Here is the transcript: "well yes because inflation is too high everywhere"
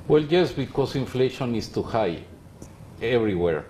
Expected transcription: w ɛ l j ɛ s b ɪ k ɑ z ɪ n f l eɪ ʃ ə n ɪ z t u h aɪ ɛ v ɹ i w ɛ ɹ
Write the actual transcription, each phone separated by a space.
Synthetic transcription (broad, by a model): w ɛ l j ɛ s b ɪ k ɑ s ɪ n f l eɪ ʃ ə n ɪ s t u h aɪ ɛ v ɹ i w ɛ ɹ